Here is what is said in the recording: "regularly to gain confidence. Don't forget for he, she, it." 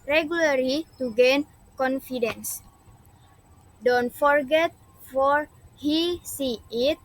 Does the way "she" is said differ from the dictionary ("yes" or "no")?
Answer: yes